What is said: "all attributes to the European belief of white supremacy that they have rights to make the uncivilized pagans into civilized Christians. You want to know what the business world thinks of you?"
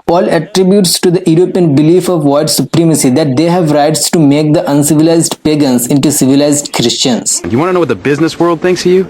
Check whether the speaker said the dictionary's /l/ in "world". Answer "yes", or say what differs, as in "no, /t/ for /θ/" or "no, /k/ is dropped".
yes